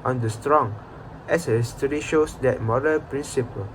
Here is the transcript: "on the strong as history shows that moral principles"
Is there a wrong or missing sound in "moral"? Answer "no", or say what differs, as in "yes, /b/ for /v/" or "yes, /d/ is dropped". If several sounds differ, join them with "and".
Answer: yes, /n/ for /l/